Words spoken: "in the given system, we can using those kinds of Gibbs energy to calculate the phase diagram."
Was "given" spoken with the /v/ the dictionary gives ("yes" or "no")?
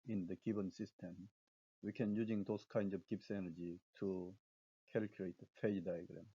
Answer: no